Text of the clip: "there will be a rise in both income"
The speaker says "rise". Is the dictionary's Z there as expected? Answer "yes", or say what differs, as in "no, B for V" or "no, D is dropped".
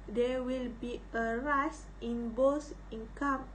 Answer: no, S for Z